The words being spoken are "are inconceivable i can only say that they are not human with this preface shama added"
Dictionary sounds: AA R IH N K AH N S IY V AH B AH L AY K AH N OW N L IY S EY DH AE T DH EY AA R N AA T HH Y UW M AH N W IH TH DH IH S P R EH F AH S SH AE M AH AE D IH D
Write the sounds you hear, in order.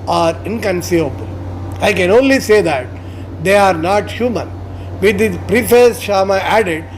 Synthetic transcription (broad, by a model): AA R IH N K AH N S IY V AH B AH L AY K AH N OW N L IY S EY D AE T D EY AA R N AA T HH Y UW M AH N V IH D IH P R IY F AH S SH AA M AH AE D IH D